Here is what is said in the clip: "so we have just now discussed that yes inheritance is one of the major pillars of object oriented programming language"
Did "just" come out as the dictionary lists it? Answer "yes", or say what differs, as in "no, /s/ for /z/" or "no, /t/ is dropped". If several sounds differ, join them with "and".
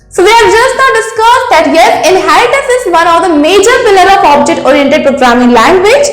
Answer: yes